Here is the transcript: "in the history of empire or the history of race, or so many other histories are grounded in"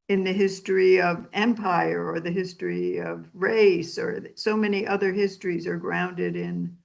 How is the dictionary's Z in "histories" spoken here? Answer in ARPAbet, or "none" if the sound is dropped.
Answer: Z